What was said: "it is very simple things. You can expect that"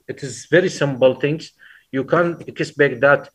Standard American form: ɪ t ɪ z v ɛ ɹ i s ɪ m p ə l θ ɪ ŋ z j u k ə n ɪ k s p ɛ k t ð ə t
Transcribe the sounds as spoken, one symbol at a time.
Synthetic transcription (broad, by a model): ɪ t ɪ z v ɛ ɹ i s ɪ m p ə l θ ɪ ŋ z j u k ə n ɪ s b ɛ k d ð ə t